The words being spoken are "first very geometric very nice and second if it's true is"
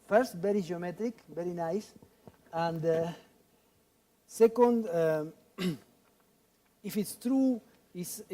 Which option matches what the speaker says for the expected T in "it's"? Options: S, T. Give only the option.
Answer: T